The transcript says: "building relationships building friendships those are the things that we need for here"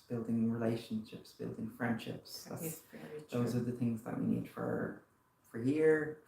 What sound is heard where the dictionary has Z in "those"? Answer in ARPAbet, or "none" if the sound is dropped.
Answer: Z